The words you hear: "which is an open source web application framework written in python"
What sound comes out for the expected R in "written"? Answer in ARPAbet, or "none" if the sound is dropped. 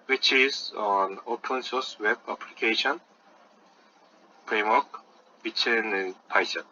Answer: W